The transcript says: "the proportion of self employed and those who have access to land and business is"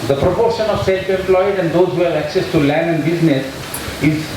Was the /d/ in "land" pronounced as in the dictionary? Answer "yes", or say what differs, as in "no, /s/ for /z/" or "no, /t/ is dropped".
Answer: yes